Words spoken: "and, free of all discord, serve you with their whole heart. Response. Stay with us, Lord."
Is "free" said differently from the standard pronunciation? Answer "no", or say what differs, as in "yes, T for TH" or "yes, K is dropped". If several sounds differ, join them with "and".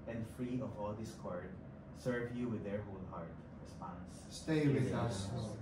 no